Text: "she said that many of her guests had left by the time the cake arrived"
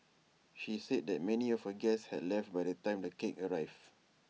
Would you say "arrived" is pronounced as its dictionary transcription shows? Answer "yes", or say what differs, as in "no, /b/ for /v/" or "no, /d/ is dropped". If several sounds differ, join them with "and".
no, /d/ is dropped